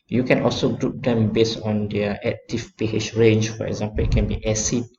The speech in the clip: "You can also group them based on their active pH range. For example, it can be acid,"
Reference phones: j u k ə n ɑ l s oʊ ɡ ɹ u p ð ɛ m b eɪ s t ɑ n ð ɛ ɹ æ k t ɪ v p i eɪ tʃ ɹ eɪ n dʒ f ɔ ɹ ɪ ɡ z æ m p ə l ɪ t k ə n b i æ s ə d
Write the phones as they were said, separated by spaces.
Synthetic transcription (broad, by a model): j u k ə n ɑ l s oʊ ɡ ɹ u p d ɛ m b eɪ s ɑ n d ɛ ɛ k t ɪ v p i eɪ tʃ ɹ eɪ n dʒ f ɔ ɹ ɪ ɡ z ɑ m p ə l ɪ t k ə n b i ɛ s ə